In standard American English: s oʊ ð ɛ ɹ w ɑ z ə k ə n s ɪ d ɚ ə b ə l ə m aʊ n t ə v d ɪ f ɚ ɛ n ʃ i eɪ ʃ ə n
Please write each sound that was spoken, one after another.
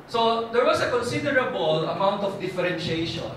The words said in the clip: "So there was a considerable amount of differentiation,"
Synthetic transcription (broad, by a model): s oʊ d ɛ ɹ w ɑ s ə k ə n s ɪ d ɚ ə b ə l ə m aʊ n t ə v d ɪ f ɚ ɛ n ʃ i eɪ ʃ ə n